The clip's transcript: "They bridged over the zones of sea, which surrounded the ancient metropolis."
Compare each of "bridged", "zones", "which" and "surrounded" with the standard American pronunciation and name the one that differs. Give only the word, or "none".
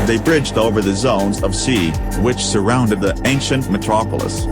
none